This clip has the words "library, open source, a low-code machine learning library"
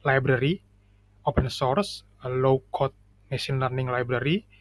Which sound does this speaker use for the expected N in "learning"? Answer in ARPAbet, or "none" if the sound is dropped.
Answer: N